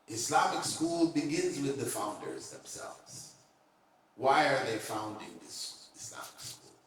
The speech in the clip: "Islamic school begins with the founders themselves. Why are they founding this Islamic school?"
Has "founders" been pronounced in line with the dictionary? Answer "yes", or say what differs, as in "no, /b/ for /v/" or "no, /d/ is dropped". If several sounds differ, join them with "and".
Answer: yes